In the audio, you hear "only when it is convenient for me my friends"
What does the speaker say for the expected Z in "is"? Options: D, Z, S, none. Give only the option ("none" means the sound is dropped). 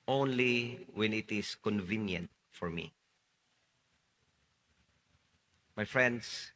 S